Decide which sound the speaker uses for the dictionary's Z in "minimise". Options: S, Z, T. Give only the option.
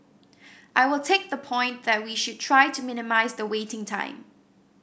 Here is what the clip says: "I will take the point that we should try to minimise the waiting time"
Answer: Z